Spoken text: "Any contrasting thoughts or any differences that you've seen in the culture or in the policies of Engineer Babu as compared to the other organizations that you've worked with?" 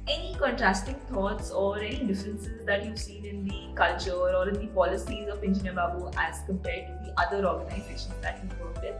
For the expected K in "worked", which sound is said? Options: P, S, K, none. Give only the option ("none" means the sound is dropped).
none